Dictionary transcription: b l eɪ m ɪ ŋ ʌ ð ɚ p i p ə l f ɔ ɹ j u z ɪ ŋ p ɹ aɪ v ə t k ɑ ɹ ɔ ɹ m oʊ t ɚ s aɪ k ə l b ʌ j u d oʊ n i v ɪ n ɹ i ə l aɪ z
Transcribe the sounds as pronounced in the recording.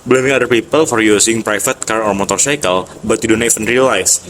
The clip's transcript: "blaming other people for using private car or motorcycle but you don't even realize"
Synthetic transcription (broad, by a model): b l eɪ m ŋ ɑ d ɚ p i p ə l f ɔ ɹ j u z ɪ ŋ p ɹ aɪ f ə t k ɑ ɹ ɔ ɹ m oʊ t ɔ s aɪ k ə l b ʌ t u d oʊ n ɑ f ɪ n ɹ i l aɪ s